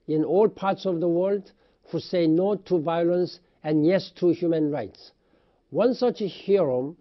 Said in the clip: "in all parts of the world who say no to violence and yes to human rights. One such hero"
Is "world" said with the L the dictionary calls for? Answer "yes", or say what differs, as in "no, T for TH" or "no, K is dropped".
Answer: yes